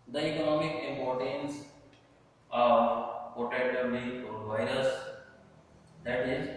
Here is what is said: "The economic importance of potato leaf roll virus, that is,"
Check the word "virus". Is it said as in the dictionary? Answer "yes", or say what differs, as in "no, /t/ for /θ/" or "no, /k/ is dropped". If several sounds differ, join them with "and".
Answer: yes